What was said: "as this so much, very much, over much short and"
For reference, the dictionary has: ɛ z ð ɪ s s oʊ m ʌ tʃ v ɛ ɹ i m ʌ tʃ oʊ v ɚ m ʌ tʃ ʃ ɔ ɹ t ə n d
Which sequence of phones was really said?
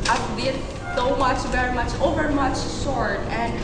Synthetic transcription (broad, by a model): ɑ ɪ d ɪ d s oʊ m ʌ tʃ v ɛ ɹ i m ʌ tʃ oʊ v ɚ m ʌ tʃ s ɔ ɹ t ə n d